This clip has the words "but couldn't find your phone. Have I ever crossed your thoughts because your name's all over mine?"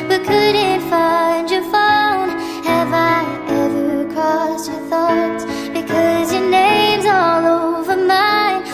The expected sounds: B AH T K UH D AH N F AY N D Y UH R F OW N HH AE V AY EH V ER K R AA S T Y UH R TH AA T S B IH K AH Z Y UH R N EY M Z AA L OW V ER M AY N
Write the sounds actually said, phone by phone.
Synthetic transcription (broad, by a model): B AH T K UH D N F AY N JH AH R F OW N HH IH V AY EH V ER K AA S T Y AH R TH AA T S B IH K AH Z Y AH R N EY M Z AA L OW V ER M AY N